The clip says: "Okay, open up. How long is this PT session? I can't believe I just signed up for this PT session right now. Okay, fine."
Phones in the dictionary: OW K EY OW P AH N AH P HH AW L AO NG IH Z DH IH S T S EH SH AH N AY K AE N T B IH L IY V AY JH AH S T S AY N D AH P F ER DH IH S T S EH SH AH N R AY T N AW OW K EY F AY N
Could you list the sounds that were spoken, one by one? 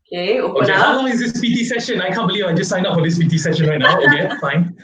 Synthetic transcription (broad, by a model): K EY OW AH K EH HH AW L AO NG IH Z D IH S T S EH SH AH N AY K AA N B IH L IY V AY JH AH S S AY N AH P F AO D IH S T S EH SH AH N R AY T N AW OW K EY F AY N